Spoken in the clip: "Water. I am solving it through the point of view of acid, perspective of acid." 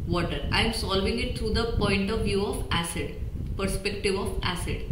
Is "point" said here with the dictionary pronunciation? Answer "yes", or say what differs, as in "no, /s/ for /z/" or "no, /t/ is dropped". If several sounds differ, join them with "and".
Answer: yes